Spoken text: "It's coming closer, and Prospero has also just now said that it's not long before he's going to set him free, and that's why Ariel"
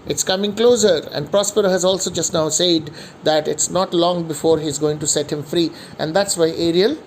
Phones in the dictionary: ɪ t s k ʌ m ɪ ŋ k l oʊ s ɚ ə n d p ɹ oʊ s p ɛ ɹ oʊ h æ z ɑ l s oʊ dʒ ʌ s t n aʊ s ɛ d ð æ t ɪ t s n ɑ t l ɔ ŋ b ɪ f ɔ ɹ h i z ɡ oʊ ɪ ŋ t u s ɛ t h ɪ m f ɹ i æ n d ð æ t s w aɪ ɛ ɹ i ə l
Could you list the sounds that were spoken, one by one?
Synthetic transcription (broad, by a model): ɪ t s k ʌ m ɪ ŋ k l oʊ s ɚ ə n d p ɹ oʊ s p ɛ ɹ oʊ h æ z ɑ l s oʊ dʒ ʌ s t n aʊ s ɛ d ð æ t ɪ t s n ɑ t l ɔ ŋ b ɪ f ɔ ɹ h i z ɡ oʊ ɪ ŋ t u s ɛ t h ɪ m f ɹ i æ n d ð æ t s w aɪ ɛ ɹ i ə l